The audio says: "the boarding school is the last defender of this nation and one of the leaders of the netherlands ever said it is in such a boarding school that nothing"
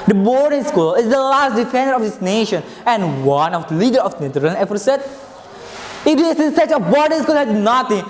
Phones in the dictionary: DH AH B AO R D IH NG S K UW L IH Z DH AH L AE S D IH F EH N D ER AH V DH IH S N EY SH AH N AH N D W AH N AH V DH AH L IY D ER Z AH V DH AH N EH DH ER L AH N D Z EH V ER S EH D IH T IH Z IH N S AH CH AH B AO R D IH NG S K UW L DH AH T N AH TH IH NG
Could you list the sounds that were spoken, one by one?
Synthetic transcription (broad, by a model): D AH B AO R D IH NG S K UW L IH Z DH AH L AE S D IH F EH N D ER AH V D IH S N EY SH AH N AH N D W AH N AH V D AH L IY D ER AH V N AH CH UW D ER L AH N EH F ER S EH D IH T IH S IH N S AH CH AH B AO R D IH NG S K UW L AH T N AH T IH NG